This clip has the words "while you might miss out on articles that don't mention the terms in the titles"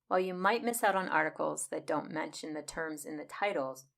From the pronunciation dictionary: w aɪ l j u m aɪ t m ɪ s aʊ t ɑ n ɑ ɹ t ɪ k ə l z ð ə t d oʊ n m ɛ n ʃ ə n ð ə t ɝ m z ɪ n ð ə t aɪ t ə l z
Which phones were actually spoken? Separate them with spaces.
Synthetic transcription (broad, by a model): w aɪ l j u m aɪ t m ɪ s aʊ t n ɑ ɹ t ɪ k l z ð ə t d oʊ n m ɛ n ʃ ə n ð ə t ɝ m z ɪ n ð ə t aɪ t l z